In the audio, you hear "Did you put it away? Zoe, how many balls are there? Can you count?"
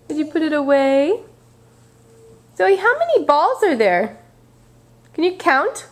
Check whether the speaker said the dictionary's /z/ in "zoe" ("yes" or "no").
no